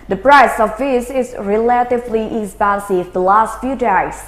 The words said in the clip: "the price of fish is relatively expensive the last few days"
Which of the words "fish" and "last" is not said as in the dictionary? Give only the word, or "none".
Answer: fish